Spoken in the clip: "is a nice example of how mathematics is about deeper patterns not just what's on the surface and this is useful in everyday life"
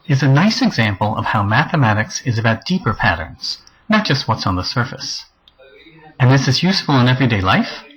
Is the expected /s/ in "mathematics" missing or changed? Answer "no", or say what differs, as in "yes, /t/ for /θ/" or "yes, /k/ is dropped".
no